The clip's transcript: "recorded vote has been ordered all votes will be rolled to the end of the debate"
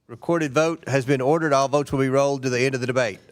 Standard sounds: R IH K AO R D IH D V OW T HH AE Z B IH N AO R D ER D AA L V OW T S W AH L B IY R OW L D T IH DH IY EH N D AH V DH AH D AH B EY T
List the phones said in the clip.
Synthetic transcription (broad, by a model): R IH K AO R D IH D V OW T HH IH Z B IH N AO R D ER D AA L V OW T S W AH L B IY R OW L D T IH DH IY EH N D AH V DH AH D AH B EY T